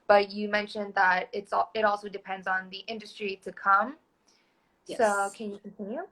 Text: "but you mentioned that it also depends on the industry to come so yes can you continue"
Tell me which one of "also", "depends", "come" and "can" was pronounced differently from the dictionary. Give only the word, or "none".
none